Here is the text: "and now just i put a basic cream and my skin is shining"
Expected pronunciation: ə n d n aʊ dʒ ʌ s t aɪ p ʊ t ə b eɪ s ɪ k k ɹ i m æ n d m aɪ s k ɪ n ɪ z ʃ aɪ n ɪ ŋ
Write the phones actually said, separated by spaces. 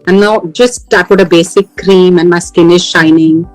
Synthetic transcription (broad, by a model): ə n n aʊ dʒ ʌ s t aɪ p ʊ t ə b eɪ s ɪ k k ɹ i m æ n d m aɪ s k ɪ n ɪ z ʃ aɪ n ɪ ŋ